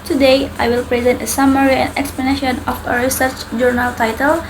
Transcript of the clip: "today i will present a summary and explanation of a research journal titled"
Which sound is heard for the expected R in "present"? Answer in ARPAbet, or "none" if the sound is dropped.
R